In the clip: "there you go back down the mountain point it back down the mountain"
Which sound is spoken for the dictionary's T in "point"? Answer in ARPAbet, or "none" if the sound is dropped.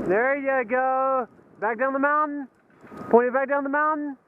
none